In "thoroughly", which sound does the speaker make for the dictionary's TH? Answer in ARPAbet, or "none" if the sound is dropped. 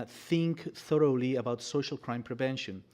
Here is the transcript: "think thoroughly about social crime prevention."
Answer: TH